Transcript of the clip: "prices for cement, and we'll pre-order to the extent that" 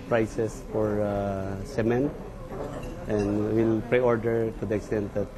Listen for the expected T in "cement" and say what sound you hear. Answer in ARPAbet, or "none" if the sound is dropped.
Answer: T